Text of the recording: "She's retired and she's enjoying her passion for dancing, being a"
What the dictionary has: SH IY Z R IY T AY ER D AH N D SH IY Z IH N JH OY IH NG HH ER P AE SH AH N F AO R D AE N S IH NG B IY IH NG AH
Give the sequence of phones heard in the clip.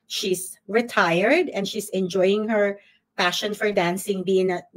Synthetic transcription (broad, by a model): SH IY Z R IY T AY ER D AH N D SH IY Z IH N JH OY IH NG HH ER P AE SH AH N F AO R D AE N S IH NG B IY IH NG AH